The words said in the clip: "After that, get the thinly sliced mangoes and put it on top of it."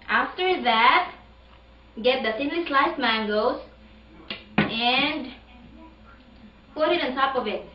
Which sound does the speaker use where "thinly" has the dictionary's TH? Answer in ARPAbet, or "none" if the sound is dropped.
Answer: S